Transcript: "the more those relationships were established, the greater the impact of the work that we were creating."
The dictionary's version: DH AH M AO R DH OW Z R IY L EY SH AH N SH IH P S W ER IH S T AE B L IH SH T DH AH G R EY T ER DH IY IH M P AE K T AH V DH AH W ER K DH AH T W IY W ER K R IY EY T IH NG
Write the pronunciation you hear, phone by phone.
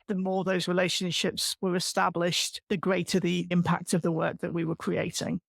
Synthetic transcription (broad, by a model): DH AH M AO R DH OW Z R IY L EY SH AH N SH IH P S W ER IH S T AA B L IH SH DH AH G R EY T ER DH IY IH M P AE K T AH V DH AH W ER K DH AH T W IY W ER K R IY EY T IH NG